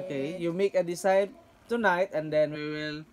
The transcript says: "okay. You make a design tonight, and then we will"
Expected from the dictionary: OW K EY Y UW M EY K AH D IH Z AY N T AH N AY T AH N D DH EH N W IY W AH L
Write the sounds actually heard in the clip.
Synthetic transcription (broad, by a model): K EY Y UW M EY K AH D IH S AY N T AH N AY T AH N D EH N W IY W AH L